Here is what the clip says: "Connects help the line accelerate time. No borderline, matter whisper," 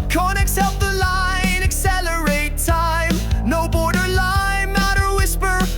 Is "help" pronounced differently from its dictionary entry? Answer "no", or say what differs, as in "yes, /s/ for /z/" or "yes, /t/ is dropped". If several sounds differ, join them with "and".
yes, /l/ is dropped